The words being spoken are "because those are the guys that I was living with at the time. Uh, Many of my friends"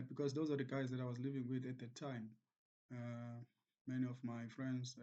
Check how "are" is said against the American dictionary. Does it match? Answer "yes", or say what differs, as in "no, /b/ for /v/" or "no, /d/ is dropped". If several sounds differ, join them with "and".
yes